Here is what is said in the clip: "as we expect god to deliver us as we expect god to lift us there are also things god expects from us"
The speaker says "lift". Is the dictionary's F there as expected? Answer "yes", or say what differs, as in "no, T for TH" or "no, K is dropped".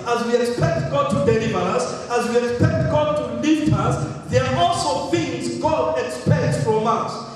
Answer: no, F is dropped